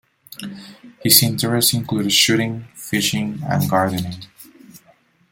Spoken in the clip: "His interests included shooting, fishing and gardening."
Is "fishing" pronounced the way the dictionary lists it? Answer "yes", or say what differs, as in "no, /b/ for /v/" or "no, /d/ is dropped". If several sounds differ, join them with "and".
yes